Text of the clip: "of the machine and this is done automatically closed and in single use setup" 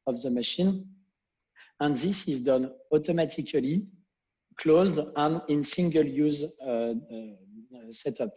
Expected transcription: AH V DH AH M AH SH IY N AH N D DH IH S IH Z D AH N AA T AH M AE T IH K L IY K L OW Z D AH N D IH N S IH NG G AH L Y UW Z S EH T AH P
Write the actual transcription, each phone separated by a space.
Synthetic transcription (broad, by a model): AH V DH AH M AH SH IY N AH N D DH IH S IH Z D AH N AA T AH M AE T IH K L IY K L OW Z D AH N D IH N S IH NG G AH L Y UW Z S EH T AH P